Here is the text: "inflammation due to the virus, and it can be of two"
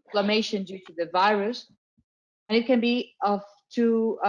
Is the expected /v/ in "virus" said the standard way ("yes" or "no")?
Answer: yes